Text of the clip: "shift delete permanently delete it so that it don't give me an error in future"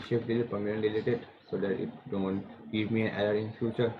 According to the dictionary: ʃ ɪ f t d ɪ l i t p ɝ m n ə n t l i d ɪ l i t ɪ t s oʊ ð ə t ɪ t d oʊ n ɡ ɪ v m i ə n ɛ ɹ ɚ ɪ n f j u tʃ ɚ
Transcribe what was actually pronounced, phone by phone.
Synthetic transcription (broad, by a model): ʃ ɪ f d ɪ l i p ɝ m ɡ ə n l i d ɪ l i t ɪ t s oʊ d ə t ɪ t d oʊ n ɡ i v m i ə n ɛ l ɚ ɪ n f j u tʃ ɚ